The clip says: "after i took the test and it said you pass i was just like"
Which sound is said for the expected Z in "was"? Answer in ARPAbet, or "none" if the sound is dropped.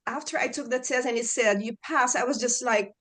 Z